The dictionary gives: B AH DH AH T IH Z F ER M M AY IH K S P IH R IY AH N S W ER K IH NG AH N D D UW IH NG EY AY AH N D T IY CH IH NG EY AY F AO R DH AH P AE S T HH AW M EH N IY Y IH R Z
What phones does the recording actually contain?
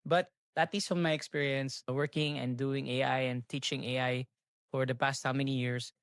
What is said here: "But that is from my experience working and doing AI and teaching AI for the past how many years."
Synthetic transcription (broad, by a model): B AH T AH T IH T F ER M M AY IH K S P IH R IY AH N S W ER K IH NG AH N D D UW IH NG EY AY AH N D T IY CH IH NG EY AY F AO R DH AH P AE S T HH AW M EH N IY Y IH R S